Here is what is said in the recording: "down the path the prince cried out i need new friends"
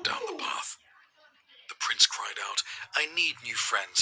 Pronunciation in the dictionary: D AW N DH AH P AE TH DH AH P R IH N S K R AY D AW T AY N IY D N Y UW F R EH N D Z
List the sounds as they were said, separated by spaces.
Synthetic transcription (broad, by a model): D AW N DH AH P AE TH DH AH P R IH N S K R AY D AW T AY N IY D N Y UW F R EH N D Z